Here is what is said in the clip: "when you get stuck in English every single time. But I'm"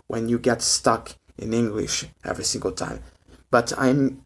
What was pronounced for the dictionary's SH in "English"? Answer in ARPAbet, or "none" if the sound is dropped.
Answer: SH